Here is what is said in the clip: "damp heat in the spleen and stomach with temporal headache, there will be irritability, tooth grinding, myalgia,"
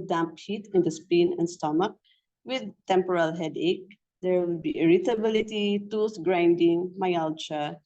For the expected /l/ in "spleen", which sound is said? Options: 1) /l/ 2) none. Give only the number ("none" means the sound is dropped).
2